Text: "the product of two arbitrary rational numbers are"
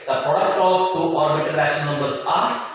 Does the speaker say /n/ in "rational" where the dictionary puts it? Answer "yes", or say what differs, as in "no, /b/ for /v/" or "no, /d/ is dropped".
no, /n/ is dropped